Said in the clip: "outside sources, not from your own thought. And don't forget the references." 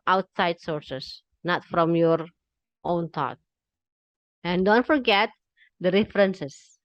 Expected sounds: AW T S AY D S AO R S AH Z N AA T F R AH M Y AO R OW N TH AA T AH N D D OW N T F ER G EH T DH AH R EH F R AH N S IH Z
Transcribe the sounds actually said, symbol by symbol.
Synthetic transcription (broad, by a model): AW T S AY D S AO R S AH S N AA T F R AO M Y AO R OW N T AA T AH N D D OW N T F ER G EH T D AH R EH F R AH N S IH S